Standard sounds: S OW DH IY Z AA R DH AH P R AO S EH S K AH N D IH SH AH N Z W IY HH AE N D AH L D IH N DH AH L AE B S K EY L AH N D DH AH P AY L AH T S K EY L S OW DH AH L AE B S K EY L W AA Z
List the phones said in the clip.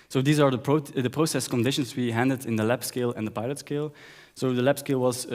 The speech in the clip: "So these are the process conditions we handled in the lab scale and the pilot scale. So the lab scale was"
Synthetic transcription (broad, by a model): S OW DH IY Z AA R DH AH P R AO S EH S K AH N D IH SH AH N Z W IY HH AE N D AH D IH N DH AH L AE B S K EY L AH N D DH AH P AY L AH T S K EY L S OW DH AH L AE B S K EY L W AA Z